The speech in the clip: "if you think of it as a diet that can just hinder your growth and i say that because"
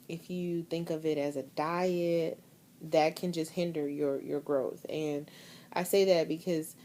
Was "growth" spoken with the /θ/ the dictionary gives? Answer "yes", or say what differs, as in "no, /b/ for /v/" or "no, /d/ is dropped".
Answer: yes